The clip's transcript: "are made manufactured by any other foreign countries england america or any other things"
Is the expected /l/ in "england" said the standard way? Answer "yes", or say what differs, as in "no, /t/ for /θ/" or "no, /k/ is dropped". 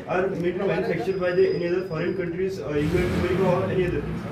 no, /l/ is dropped